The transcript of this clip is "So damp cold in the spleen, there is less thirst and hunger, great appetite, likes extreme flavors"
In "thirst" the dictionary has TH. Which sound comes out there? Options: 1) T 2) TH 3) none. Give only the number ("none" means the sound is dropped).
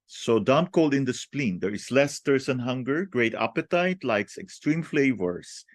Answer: 1